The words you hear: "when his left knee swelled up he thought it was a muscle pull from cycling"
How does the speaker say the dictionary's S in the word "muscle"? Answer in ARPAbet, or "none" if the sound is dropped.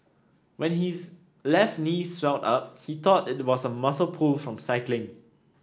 S